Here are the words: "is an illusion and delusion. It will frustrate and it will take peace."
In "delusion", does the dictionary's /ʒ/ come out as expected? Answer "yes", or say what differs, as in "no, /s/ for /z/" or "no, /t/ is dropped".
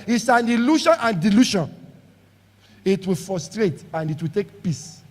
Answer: no, /ʃ/ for /ʒ/